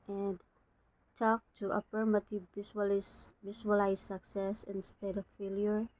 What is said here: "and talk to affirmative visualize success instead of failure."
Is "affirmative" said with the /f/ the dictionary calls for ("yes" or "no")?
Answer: no